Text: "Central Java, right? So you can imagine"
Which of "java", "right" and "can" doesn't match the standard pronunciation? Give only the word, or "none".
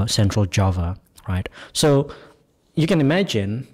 none